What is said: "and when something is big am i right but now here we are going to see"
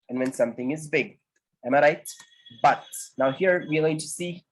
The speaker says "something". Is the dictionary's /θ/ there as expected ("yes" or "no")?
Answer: yes